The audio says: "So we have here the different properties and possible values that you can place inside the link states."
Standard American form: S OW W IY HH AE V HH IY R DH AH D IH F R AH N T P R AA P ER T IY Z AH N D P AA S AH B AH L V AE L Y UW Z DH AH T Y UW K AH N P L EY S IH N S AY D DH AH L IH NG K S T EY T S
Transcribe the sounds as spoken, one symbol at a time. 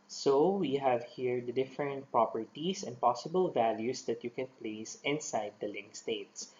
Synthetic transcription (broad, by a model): S OW W IY HH AE V HH IY R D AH D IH F R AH N T P R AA P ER T IY S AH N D P AA S AH B AH L V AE L Y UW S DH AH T Y UW K AH N P L EY S IH N S AY D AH L IH NG K S T EY T S